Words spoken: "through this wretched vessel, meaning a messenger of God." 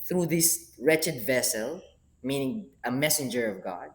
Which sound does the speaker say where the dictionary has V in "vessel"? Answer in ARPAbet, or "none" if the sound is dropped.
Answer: V